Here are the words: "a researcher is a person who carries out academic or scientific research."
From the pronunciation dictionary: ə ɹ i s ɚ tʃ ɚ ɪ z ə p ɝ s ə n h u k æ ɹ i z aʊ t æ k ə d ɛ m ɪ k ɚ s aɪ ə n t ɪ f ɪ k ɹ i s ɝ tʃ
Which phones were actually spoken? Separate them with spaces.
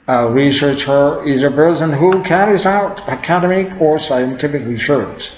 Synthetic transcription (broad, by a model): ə ɹ i s ɚ tʃ ɚ ɪ z ə b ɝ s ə n h u k æ ɹ i z aʊ t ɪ k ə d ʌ m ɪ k ɚ s aɪ ə n t ɪ f ɪ k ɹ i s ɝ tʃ